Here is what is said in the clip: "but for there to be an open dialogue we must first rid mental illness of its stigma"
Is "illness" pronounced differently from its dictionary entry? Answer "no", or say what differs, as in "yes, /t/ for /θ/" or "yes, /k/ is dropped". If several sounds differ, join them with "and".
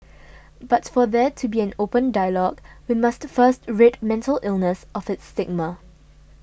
no